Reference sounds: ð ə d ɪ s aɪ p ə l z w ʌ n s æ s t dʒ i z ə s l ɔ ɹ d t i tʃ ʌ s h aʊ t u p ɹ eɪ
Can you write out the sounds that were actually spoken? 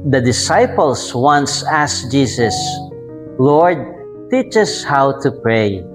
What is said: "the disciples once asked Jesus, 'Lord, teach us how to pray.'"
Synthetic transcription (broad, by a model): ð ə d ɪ s aɪ p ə l s w ʌ n s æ s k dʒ i s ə s l ɔ ɹ d t i tʃ ʌ s h aʊ t u p ɹ eɪ